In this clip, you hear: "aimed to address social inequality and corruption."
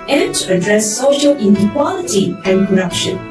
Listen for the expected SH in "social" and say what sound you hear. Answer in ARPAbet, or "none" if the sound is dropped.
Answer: SH